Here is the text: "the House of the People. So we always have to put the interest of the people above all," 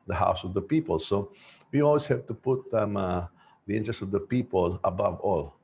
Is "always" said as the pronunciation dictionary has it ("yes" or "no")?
no